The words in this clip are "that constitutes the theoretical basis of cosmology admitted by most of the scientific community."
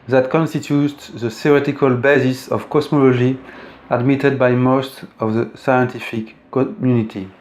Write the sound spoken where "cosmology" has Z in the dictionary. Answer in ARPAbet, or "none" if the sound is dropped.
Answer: S